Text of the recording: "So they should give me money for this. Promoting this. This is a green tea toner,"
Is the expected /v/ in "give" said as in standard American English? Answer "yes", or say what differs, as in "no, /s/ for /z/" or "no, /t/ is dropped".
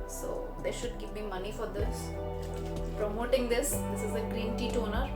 no, /p/ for /v/